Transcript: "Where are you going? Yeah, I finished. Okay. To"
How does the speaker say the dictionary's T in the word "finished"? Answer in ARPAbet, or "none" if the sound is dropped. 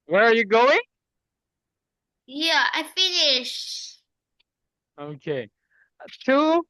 none